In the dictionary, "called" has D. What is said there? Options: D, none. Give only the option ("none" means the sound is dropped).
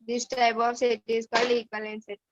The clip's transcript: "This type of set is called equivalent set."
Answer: none